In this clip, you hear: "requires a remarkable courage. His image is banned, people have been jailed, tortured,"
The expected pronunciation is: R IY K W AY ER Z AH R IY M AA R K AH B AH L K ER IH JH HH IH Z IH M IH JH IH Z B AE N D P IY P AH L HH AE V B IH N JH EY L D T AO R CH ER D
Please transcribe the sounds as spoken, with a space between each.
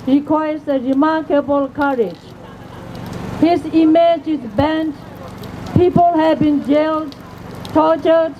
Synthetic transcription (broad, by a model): R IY K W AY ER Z AH R IY M AA R K AH B AH L K ER IH JH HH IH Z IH M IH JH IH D B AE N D P IY P AH L HH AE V B IH N JH EY L D T AO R CH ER D